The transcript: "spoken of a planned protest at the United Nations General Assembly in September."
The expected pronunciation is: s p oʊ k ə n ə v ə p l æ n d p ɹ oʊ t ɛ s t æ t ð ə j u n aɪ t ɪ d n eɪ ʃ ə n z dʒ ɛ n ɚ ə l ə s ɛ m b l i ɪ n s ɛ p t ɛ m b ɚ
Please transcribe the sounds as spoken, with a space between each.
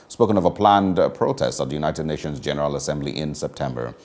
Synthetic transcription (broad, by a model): s p oʊ k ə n ə v ə p l æ n d p ɹ oʊ t ɛ s t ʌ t ð ə j u n aɪ t ɪ d n eɪ ʃ ə n z dʒ ɛ n ɚ ə l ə s ɛ m b l i ɪ n s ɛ p t ɛ m b ɚ